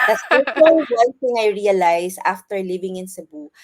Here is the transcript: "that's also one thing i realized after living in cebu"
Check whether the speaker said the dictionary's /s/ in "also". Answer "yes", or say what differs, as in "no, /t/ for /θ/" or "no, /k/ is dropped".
no, /s/ is dropped